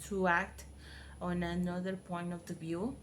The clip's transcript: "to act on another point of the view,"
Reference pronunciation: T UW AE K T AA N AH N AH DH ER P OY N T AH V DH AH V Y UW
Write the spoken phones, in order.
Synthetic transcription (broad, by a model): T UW AE K T AA N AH N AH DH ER P OY N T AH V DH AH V Y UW